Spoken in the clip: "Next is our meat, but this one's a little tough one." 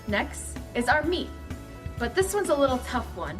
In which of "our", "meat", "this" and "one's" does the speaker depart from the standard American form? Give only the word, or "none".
none